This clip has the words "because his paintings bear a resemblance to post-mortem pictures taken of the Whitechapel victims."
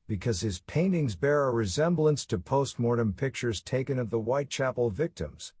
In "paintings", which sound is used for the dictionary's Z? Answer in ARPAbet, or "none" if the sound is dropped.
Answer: Z